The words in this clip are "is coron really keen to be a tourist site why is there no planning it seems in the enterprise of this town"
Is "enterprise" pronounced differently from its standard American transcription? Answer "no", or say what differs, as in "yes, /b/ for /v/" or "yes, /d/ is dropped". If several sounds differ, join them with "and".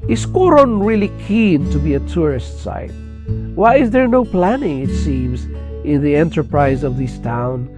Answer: no